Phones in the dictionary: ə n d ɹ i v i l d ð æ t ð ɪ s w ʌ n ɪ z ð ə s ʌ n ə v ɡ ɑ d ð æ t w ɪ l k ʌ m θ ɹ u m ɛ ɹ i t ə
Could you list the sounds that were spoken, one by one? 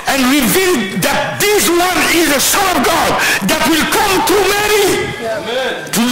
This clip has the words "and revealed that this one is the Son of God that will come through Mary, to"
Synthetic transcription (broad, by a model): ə n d ɹ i v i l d ð æ t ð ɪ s w ʌ n ɪ z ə s ʌ n ə v ɡ ɑ d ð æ t w ɪ l k ʌ m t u m ɛ ɹ i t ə